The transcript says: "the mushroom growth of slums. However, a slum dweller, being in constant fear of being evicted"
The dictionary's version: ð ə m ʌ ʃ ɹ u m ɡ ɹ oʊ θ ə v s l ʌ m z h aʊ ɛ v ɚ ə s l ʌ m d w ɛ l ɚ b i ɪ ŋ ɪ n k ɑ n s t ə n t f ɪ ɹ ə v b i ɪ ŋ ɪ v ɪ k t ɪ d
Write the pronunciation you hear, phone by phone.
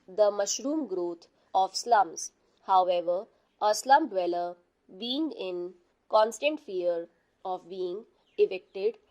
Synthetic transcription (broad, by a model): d ə m ʌ ʃ ɹ u m ɡ ɹ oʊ t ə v s l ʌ m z h aʊ ɛ v ɚ ə s l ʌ m d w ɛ l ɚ b i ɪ ŋ ɪ n k ɑ n s t ə n t f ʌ ɹ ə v b i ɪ ŋ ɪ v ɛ k t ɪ d